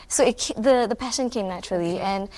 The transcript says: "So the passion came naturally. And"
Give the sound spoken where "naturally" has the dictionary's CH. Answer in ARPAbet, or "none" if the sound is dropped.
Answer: CH